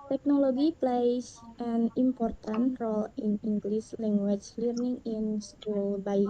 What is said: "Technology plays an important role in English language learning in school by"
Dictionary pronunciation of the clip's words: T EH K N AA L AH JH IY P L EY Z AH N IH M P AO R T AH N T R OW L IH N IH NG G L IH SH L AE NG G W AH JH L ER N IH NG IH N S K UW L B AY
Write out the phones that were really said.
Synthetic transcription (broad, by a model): T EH K N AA L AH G IY P L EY S AH N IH M P AO R T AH N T R OW L IH N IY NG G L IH S L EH NG G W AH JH L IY N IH NG IH N S K UW L B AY